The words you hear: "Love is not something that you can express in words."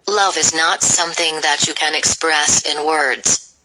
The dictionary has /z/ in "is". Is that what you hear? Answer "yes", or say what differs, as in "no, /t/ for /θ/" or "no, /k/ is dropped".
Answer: yes